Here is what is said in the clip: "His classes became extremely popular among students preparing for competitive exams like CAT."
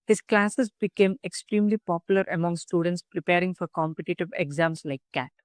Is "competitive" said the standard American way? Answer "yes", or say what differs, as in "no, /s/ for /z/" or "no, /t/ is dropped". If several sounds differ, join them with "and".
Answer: yes